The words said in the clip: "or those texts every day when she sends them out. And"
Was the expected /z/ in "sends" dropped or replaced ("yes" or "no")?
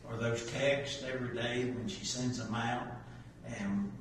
no